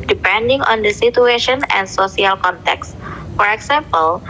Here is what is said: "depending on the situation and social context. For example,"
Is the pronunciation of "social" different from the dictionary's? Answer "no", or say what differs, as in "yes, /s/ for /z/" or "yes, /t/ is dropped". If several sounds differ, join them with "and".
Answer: yes, /s/ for /ʃ/